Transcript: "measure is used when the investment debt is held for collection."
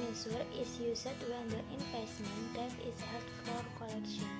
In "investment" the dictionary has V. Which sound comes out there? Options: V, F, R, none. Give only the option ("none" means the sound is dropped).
F